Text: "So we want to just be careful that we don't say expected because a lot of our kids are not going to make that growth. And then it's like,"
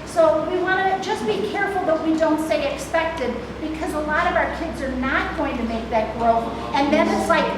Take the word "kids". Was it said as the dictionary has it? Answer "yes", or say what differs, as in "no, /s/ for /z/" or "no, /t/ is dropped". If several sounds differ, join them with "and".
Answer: yes